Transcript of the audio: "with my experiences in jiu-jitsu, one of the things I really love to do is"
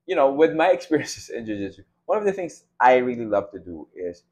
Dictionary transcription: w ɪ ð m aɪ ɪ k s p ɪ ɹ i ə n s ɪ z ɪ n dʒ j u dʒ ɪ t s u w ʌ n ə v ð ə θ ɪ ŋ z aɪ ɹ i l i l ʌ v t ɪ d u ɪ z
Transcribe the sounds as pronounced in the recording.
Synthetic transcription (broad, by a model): w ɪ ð m aɪ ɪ k s p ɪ ɹ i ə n s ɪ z ɪ n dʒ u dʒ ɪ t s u w ʌ n ə v ð ə θ ɪ ŋ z aɪ ɹ i l i l ʌ v t ɪ d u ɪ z